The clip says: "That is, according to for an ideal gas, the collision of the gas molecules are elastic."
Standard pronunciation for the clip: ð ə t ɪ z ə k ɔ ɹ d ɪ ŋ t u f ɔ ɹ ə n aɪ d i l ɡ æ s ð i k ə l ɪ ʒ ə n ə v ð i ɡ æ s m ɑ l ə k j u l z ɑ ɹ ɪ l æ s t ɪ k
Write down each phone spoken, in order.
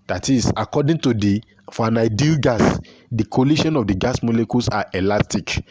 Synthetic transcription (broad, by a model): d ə t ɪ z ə k ɔ d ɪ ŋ t u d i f ə n aɪ d i l ɡ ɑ s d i k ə l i ʃ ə n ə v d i ɡ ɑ s m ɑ l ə k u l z ɑ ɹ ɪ l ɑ s t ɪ k